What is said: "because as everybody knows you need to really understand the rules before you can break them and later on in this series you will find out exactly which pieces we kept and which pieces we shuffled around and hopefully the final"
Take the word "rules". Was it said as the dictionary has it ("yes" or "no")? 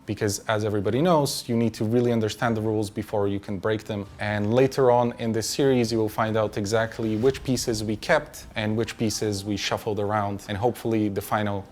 yes